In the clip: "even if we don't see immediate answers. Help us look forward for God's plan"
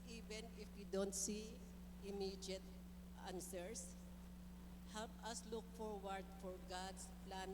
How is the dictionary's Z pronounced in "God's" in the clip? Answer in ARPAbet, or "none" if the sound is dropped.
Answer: S